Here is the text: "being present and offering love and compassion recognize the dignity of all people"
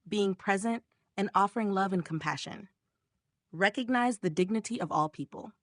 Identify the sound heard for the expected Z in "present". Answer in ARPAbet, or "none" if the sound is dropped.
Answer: Z